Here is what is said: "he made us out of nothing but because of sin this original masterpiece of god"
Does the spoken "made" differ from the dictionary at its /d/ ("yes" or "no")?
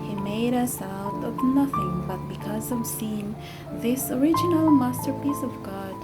no